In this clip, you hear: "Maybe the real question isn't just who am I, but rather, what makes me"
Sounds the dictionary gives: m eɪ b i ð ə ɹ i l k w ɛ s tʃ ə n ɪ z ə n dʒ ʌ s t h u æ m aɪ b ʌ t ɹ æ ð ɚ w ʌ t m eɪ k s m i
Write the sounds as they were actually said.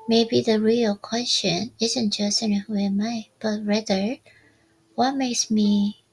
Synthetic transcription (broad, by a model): m eɪ b i ð ə ɹ i l k w ɛ s tʃ ə n ɪ z ə n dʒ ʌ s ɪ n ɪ m aɪ b ʌ t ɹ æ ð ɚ w ʌ t m eɪ k s m i